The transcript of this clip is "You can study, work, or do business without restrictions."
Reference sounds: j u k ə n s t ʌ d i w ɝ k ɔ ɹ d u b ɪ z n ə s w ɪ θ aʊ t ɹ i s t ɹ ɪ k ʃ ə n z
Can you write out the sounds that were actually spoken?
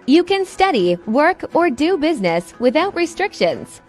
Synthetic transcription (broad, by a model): j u k ə n s t ʌ d i w ɝ k ɔ ɹ d u b ɪ z n ə s w ɪ θ aʊ t ɹ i s t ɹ ɪ k ʃ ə n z